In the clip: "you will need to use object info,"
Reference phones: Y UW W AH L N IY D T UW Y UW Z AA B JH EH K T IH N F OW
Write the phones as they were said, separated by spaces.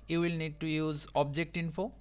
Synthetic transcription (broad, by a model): Y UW W AH L N IY D T UW Y UW Z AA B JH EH K T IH N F OW